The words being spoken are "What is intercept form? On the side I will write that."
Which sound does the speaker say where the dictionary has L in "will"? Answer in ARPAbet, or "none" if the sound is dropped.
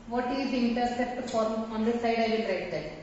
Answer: N